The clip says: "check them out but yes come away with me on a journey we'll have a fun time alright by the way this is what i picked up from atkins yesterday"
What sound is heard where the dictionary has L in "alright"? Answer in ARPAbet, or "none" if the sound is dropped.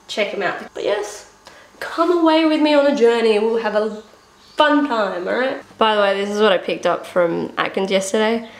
none